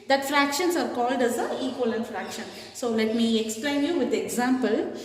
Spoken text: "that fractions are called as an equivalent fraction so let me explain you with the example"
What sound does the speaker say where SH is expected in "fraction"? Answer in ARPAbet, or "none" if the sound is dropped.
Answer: SH